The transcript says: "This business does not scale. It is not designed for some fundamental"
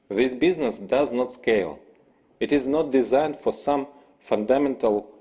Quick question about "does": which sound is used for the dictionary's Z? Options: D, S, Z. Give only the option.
Z